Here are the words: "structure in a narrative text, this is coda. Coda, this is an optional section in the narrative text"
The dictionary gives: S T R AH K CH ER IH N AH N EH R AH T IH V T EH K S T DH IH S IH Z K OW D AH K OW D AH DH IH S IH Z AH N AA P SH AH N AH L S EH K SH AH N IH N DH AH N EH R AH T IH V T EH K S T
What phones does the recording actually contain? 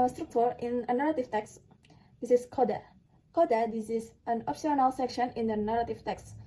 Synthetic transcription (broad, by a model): S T R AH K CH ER IH N AH N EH R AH T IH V T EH K S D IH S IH S K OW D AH K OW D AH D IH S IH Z AH N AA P S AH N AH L S EH K SH AH N IH N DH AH N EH R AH T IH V T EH K S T